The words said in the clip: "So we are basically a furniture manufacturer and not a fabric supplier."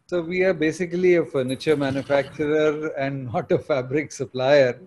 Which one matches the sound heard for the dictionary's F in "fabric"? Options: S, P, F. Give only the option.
F